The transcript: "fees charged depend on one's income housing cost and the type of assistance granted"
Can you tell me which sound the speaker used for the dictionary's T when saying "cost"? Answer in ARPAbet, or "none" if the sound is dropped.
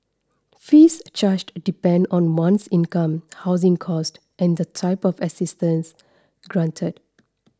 T